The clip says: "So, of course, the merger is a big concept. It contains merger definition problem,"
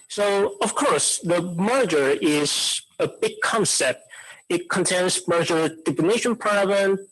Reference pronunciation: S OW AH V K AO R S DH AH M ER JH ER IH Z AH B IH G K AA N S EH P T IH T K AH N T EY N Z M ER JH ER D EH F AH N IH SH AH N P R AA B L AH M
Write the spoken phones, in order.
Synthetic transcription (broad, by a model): S OW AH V K AO R S DH AH M ER JH ER IH Z AH B IH G K AA N S EH P T IH T K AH N T EY N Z M ER JH ER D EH P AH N IH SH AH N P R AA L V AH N